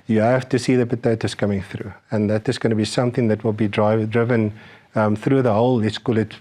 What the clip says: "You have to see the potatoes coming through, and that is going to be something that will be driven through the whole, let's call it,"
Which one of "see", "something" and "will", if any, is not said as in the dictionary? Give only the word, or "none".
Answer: none